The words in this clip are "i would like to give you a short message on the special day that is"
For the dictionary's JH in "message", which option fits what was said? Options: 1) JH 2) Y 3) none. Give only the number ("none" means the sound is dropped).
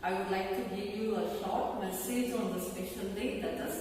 1